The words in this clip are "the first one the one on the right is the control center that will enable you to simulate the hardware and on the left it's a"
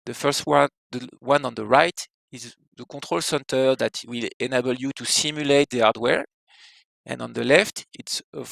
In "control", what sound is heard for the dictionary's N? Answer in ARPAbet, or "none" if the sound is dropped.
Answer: none